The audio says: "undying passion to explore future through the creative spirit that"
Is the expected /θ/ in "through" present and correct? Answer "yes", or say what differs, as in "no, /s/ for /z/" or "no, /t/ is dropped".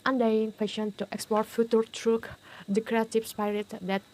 no, /t/ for /θ/